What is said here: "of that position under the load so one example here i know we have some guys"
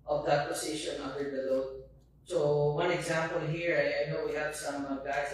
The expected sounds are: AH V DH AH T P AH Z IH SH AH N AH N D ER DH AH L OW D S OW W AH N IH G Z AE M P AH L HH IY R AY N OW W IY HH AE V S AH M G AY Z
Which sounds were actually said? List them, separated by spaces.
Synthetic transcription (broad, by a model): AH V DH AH T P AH S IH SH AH N AH N D ER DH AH L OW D S OW W AH N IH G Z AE M P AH L HH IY R AY N OW W IY HH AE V S AH M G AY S